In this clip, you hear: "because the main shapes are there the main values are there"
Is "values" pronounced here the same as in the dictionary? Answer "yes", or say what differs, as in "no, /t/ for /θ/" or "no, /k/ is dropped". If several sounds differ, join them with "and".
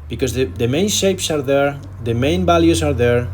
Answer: no, /b/ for /v/